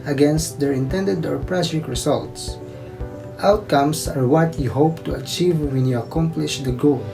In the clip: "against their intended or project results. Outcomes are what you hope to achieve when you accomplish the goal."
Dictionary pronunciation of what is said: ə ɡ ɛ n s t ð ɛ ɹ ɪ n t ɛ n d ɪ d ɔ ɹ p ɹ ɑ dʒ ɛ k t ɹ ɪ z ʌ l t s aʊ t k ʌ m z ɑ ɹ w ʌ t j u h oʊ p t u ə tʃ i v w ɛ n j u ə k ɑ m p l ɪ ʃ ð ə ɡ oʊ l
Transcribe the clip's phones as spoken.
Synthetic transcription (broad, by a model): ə ɡ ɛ n s t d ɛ ɹ ɪ n t ɛ n d ɪ d ɔ ɹ p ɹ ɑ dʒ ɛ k ɹ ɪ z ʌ l t s aʊ t k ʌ m s ɑ ɹ w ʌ t j u h oʊ p t u ə tʃ i v w ɛ n j u ə k ɑ m p l ɪ ʃ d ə ɡ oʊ l